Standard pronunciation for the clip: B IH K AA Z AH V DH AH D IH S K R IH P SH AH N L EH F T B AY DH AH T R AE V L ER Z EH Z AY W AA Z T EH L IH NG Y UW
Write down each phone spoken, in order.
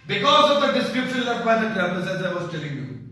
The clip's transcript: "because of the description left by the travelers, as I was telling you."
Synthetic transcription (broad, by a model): B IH K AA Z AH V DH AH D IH S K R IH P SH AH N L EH T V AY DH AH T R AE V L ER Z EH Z AY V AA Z T EH L IH NG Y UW